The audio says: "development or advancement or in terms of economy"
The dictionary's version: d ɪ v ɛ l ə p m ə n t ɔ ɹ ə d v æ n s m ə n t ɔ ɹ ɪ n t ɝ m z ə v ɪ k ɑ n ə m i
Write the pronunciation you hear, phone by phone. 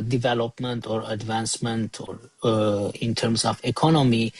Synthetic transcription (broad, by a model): d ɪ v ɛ l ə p m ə n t ɔ ɹ ə d v æ n s m ə n t ɔ ɹ ɪ n t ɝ m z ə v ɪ k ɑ n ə m i